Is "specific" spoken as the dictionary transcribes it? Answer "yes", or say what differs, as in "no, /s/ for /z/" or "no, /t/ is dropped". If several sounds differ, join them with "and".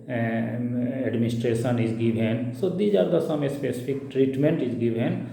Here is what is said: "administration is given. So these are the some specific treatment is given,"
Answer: no, /p/ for /f/